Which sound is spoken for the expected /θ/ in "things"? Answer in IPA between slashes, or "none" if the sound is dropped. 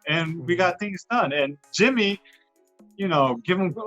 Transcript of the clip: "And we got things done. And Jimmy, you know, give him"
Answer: /θ/